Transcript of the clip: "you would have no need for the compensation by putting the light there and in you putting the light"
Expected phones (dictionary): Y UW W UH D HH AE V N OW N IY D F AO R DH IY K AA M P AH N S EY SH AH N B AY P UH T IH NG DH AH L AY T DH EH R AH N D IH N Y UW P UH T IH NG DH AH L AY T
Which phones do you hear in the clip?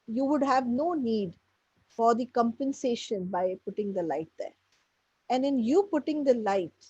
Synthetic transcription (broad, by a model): Y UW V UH D HH AE V N OW N IY D F AO R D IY K AA M P AH N S EY SH AH N B AY P UH T IH NG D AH L AY T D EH R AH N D IH N Y UW P UH T IH NG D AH L AY T